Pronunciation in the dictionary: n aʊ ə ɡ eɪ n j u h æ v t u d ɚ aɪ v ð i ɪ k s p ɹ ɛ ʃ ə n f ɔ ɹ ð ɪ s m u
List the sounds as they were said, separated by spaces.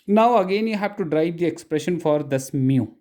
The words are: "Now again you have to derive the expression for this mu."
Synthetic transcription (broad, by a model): n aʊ ə ɡ eɪ n j u h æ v t u d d aɪ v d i ɪ k s p ɹ ɛ ʃ ə n f ɔ ɹ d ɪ s m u